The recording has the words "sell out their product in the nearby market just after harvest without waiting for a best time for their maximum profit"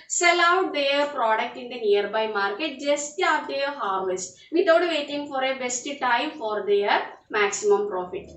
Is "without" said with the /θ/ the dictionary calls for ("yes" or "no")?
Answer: no